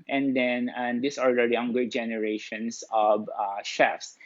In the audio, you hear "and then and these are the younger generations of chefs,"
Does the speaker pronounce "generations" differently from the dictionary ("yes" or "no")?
yes